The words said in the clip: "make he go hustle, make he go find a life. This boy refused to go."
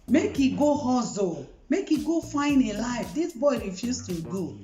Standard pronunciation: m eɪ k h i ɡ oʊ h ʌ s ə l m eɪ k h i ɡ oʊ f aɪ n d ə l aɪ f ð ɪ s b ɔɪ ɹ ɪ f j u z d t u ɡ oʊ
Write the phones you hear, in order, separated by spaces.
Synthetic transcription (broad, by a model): m eɪ k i ɡ oʊ h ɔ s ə m eɪ k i ɡ oʊ f aɪ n ə l aɪ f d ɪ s b ɔɪ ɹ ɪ f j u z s t u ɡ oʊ